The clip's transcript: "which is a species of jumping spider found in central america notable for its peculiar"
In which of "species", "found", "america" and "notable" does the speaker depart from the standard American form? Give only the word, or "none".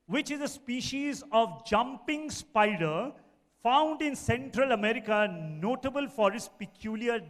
none